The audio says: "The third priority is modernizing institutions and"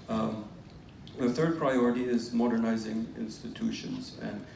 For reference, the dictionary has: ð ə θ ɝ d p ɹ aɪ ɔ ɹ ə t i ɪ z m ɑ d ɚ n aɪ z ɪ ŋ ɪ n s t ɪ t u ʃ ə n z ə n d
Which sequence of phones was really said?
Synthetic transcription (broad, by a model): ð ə θ ɝ d p ɹ aɪ ɔ ɹ ə t i ɪ z m ɑ d ɚ n aɪ z ɪ ŋ ɪ n s t ɪ t u ʃ ə n z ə n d